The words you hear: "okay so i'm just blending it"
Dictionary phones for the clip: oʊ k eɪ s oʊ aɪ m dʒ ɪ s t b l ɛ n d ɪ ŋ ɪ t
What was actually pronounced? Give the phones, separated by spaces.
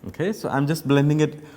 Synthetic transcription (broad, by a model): oʊ k eɪ s oʊ aɪ m dʒ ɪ s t b l ɛ n d ɪ ŋ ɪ t